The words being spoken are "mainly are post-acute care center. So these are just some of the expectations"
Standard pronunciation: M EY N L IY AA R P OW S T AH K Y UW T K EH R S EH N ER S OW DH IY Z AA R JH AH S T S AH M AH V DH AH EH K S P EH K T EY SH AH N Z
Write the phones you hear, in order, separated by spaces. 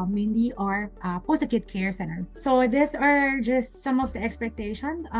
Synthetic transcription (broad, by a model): M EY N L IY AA R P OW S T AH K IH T K EH R S EH N ER S OW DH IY S AA R JH AH S T S AH M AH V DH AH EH K S P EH K T EY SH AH N